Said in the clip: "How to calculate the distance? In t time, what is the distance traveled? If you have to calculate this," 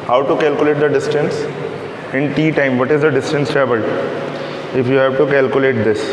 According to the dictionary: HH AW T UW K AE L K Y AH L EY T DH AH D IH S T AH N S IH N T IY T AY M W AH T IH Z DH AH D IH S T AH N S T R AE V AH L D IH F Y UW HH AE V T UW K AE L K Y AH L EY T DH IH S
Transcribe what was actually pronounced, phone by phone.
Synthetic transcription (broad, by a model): HH AW T UW K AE L K Y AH L EY T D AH D IH S T AH N S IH N T IY T AY M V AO T IH Z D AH D IH S T AH N S T R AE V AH L IH F Y UW HH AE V T UW K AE L K Y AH L EY T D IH S